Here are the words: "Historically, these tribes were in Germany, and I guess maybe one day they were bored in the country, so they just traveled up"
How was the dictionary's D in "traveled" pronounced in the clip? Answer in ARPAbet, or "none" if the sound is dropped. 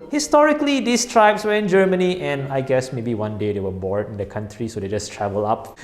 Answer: none